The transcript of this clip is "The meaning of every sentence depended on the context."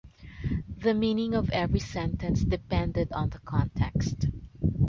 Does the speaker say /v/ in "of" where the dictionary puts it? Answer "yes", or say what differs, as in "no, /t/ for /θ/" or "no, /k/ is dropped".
yes